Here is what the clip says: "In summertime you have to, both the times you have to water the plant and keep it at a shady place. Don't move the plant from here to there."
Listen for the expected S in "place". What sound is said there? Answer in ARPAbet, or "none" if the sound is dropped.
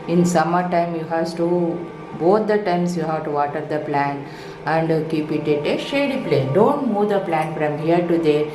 none